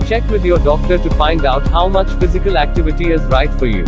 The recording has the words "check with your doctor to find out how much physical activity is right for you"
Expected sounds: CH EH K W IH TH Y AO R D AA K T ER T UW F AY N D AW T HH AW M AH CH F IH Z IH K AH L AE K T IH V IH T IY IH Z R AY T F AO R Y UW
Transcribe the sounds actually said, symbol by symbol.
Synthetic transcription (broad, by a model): CH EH K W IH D Y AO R D AA K T ER T UW F AY N D AW T HH AW M AH CH F IH Z IH K AH L AE K T IH V IH T IY IH Z R AY T F AO R Y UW